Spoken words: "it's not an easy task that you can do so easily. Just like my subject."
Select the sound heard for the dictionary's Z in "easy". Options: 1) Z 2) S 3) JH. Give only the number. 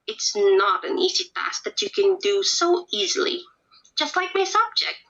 1